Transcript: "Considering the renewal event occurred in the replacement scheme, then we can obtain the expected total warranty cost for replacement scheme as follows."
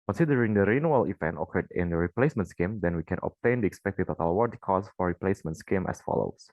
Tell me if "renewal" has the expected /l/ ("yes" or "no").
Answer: yes